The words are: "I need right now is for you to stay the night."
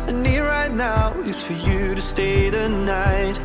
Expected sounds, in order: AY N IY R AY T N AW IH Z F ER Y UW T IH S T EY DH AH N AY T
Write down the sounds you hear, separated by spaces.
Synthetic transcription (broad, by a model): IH N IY R AY T N AW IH S F ER Y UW T IH S T EY DH AH N AY T